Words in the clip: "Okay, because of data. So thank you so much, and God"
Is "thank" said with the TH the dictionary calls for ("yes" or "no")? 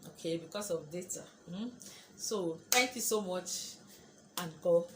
no